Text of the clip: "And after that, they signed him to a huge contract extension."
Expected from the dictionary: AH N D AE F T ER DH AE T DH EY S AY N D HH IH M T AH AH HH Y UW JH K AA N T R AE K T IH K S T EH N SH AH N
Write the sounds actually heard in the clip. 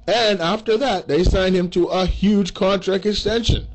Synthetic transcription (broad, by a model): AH N AE F T ER DH AE T DH EY S AY N D HH IH M T AH AH HH Y UW JH K AA N T R AE K T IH K S T EH N SH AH N